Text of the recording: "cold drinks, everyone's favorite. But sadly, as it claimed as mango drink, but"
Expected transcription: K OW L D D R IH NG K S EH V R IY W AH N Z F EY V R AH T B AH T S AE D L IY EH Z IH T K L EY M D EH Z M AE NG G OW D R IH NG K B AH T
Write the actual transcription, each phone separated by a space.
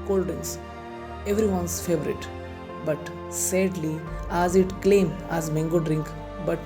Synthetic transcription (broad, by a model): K OW L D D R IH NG S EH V R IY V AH N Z F EY V R AH T B AH T S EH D L IY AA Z IH T K L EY M EH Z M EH NG G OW D R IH NG K B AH T